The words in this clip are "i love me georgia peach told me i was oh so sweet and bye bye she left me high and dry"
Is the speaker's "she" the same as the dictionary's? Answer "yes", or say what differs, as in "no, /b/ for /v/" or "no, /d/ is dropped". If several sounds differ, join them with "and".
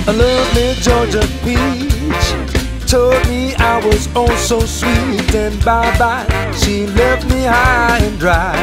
yes